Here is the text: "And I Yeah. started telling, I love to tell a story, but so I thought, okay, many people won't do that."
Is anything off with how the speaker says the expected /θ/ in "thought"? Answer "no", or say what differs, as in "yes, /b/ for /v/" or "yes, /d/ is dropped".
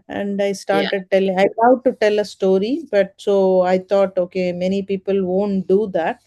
yes, /t/ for /θ/